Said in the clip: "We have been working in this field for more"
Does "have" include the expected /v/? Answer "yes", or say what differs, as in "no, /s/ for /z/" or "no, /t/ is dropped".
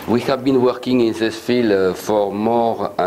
yes